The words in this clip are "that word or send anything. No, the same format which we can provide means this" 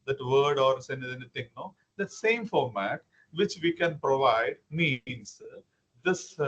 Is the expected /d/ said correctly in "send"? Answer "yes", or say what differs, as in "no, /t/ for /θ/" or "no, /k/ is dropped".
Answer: no, /d/ is dropped